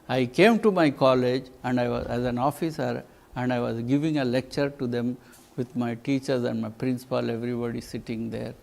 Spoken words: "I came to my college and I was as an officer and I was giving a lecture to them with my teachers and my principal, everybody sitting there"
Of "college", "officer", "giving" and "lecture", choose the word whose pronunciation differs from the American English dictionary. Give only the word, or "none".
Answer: none